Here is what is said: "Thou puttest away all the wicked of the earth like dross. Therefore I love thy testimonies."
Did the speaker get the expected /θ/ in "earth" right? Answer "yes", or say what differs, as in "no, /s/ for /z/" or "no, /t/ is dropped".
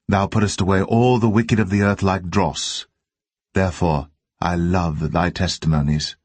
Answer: yes